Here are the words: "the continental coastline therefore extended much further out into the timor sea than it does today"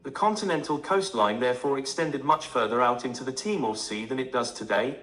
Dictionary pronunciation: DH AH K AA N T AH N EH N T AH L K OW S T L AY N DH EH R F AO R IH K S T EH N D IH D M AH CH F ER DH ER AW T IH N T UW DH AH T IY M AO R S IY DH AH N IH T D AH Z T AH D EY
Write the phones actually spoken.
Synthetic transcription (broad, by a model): DH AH K AA N T AH N EH N T AH L K OW S T L AY N DH EH R F AO R IH K S T EH N D IH D M AH CH F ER DH ER AW T IH N T UW DH AH T IY M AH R S IY DH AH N IH T D AH Z T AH D EY